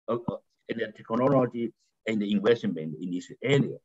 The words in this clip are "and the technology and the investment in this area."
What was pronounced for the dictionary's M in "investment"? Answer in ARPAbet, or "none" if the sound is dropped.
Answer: none